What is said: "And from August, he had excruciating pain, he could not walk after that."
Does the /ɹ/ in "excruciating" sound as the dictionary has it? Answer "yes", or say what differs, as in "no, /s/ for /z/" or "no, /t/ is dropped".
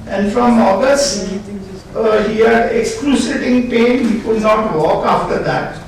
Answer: no, /l/ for /ɹ/